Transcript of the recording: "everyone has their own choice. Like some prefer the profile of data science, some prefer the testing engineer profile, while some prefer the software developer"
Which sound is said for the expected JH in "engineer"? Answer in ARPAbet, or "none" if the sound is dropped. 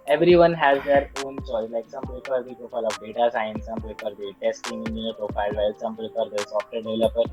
none